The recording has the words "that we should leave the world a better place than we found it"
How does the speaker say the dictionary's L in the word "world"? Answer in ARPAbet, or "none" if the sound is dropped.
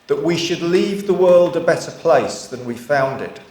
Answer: L